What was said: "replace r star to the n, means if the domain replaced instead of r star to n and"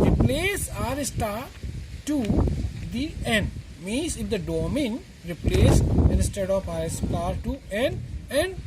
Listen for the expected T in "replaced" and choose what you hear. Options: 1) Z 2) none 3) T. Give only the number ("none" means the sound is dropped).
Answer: 2